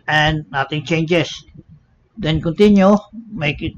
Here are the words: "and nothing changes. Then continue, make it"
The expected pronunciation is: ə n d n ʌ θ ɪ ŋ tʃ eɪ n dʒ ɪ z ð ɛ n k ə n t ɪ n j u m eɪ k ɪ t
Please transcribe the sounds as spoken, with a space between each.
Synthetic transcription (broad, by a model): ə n n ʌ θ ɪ ŋ tʃ eɪ n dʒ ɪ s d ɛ n k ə n t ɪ n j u m eɪ k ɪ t